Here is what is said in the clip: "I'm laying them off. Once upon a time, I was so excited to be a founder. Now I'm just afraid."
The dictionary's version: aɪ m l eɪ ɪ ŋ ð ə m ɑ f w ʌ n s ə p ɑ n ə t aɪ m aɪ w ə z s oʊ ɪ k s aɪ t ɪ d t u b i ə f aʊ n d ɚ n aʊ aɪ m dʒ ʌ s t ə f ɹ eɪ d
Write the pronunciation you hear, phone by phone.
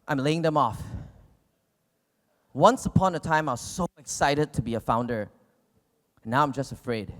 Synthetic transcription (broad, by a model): aɪ m l eɪ ɪ ŋ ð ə m ɑ f w ʌ n s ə p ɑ n ə t aɪ m aɪ w ə z s oʊ ɪ k s aɪ t ɪ d t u b i ə f aʊ n d ɚ n aʊ aɪ m dʒ ʌ s t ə f ɹ eɪ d